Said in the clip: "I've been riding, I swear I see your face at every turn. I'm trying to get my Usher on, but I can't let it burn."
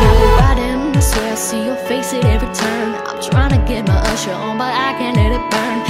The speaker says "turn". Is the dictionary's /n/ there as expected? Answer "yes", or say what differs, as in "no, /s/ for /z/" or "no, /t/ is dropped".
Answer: no, /n/ is dropped